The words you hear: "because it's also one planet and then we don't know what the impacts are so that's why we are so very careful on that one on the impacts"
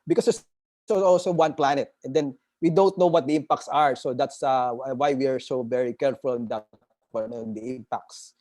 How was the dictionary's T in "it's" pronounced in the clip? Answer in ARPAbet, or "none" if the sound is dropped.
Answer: S